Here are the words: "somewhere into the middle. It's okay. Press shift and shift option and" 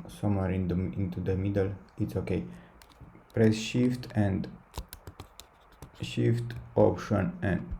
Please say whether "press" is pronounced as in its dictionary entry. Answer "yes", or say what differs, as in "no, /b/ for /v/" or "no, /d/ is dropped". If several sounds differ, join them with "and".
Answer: yes